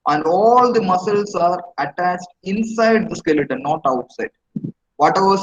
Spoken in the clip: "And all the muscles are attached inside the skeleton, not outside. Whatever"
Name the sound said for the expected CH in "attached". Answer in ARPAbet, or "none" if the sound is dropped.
CH